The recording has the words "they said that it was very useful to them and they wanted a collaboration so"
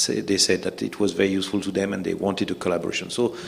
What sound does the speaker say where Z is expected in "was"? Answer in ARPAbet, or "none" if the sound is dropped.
Z